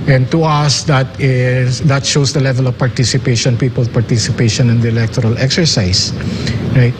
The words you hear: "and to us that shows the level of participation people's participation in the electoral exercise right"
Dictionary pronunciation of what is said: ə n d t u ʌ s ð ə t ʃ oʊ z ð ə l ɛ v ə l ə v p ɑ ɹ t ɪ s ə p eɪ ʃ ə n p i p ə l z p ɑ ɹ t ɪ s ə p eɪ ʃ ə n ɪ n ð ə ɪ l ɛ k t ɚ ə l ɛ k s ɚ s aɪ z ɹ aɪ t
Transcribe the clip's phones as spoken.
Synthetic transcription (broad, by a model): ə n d t u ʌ s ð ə t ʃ oʊ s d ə l ɛ v ə l ə v p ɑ ɹ t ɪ s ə p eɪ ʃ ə n p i p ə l p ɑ ɹ t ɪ s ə p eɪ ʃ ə n ɪ n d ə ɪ l ɛ k t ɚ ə l ɛ k s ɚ s aɪ s ɹ aɪ t